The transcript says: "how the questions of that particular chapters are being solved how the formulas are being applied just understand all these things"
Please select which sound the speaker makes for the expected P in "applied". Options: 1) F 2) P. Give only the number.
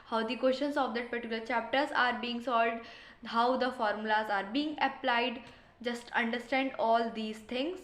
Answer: 2